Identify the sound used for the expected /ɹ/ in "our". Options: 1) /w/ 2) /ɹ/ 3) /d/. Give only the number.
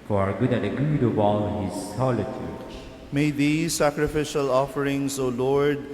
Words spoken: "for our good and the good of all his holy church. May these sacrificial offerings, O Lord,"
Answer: 2